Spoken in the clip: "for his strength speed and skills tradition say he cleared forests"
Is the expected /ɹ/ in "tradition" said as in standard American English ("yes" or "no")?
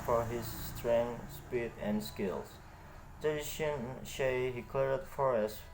no